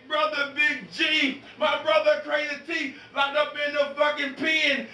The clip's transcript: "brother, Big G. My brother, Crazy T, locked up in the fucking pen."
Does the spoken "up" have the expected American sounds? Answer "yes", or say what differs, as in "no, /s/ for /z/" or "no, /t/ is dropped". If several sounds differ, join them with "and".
no, /b/ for /p/